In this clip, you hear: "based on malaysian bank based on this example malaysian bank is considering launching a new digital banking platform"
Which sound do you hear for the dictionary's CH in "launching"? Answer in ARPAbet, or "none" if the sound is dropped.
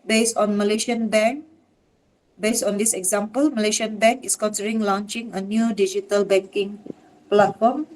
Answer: CH